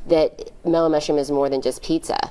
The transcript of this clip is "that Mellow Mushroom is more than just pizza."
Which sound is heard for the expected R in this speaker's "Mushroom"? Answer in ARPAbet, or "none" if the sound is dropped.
none